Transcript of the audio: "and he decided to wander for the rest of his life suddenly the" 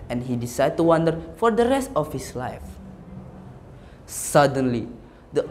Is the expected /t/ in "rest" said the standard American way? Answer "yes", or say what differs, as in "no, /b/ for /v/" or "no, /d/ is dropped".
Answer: yes